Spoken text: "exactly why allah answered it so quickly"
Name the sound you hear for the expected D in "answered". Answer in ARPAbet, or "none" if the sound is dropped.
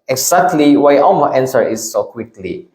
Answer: none